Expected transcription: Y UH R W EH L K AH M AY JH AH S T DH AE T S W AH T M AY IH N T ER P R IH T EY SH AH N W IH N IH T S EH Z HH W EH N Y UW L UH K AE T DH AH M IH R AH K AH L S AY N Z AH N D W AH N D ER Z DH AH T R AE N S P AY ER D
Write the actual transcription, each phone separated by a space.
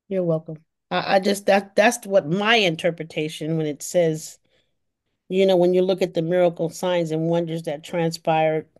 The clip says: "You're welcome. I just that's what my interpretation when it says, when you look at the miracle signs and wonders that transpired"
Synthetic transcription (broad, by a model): Y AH R W EH L K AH M AY JH AH S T DH AE T S W AH T M AY IH N T ER P R IH T EY SH AH N W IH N IH T S EH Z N W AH N Y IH L UH K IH T DH AH M IH R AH K L S AY N Z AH N W AH N D ER Z DH AH T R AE N S P AY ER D